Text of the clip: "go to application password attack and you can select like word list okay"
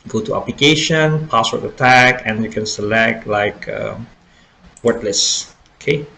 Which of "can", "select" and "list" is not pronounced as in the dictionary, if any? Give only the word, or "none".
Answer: list